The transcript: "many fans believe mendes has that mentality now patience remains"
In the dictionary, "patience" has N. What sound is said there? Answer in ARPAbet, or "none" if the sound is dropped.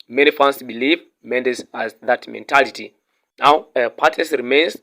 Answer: none